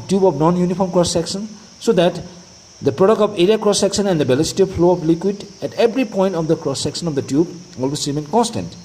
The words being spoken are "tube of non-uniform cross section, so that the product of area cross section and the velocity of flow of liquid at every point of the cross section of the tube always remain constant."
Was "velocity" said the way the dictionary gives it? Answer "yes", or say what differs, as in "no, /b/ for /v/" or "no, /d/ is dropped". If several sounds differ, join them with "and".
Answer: no, /b/ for /v/